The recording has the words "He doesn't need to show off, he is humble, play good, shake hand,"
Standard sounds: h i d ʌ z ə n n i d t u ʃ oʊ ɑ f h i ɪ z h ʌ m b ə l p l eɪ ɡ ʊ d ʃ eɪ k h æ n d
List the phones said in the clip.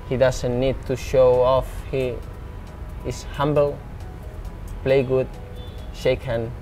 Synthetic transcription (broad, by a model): h i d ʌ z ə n n i d t u ʃ oʊ ɑ f h i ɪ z h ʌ m b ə l p l eɪ ɡ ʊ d ʃ eɪ k h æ n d